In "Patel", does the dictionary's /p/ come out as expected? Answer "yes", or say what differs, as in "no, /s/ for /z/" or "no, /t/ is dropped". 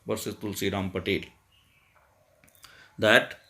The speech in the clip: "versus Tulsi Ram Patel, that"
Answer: yes